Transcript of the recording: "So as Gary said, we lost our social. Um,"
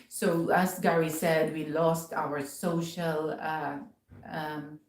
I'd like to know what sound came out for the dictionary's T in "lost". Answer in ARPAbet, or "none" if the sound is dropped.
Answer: T